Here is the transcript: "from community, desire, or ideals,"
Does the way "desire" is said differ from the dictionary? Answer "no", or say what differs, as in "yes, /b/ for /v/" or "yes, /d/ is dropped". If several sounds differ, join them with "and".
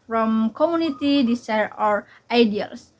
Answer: yes, /s/ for /z/